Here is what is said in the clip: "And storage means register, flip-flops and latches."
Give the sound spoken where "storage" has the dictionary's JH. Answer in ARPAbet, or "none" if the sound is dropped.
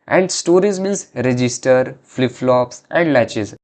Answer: Z